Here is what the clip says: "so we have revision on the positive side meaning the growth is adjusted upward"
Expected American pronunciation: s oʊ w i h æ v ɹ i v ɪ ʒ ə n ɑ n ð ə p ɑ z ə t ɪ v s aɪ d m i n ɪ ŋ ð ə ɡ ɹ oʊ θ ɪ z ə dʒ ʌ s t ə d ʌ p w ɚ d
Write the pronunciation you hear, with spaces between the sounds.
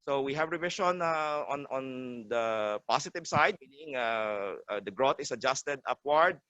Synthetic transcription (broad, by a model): s oʊ w i h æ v ɹ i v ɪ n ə n ɑ n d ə p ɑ s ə t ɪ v s aɪ d m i n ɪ ŋ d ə ɡ ɹ oʊ t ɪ s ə dʒ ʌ s t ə d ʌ p w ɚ d